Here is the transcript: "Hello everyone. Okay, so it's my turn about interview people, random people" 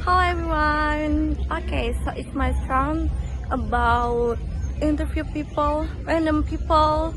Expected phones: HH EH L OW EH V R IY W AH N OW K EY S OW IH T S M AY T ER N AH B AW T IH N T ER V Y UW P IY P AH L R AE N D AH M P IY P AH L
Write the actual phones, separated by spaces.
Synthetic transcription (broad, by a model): HH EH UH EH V R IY W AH N OW K EY S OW IH T S M AY S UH N AH B AW T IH N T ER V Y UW P IY P AH L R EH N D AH M P IY P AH L